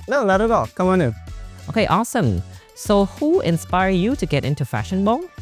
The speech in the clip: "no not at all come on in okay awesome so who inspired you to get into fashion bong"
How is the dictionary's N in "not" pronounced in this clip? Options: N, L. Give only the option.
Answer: L